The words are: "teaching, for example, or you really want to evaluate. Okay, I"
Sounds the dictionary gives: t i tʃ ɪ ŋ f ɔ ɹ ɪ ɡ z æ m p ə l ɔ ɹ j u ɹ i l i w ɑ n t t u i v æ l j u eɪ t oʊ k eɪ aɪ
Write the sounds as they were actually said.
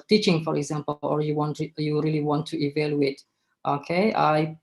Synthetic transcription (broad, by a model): t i tʃ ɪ ŋ f ɔ ɹ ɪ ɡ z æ m p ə w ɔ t j u ɹ i l i w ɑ n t t u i v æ l j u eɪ t oʊ k eɪ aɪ